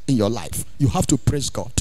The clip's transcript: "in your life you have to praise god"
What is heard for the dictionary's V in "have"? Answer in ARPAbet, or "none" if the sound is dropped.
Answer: F